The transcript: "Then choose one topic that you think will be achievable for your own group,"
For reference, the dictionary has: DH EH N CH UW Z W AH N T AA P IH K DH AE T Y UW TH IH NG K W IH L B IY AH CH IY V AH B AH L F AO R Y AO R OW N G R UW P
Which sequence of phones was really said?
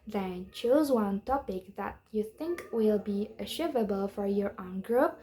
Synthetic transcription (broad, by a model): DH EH N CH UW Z W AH N T AA P IH K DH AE T Y UW TH IH NG K W IH L B IY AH SH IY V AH B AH L F AO R Y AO R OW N G R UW P